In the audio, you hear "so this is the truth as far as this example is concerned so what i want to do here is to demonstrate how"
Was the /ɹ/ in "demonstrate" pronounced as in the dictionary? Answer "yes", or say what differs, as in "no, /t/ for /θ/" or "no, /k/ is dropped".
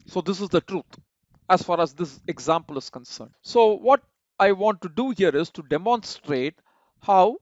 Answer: yes